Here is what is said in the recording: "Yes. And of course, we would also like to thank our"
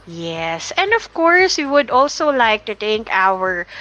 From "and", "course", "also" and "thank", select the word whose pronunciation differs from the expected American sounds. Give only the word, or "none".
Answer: thank